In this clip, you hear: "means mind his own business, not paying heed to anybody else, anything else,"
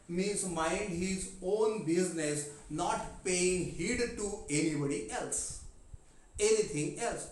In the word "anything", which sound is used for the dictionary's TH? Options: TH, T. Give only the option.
T